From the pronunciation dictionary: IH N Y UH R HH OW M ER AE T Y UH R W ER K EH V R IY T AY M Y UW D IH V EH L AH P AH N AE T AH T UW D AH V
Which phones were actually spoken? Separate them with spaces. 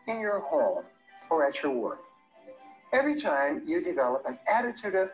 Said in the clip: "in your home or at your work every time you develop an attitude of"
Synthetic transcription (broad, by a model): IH N Y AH R HH OW M ER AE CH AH R W ER K EH V R IY T AY M Y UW D IH V EH L AH P AH N AE T AH T UW D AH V